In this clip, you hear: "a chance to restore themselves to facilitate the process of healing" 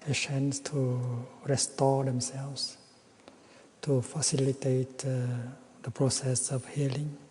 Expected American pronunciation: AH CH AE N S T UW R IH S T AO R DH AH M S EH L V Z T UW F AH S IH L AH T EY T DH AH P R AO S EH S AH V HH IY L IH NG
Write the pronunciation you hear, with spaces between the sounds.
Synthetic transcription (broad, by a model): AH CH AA N S T UW R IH S T AO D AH M S EH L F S T UW F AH S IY L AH T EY T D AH P R AO S EH S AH F HH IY L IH NG